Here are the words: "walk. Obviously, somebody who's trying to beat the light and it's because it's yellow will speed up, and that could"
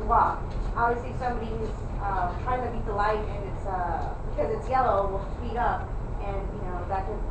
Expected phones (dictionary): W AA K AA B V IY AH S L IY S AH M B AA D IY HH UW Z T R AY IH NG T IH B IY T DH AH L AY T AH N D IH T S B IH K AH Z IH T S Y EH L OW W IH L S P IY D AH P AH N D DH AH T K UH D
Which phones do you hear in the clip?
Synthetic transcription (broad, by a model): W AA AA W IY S IY S AH M B AA D IY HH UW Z T R AY IH NG T IH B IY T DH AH L AY T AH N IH T S B IH K AH Z IH T S Y EH L OW W IH L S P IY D AH P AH N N DH AH T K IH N